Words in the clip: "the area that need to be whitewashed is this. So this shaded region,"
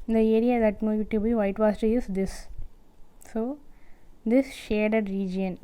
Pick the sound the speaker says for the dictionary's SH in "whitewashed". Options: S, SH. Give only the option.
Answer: S